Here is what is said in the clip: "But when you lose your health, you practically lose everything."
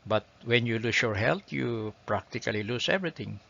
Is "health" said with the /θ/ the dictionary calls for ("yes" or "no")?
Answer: no